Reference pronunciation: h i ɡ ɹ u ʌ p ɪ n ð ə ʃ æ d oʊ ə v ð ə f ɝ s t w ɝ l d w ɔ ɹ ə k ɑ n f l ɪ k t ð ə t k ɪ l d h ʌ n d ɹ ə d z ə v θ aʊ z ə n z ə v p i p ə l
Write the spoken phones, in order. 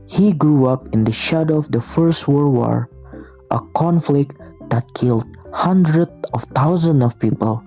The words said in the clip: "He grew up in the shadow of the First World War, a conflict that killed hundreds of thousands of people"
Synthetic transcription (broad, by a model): h i ɡ ɹ u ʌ p ɪ n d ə ʃ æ d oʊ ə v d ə f ɝ s t w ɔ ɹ w ɔ ɹ ə k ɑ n f l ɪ k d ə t k ɪ l d h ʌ n d ɹ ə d ə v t aʊ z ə n ə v p i p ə l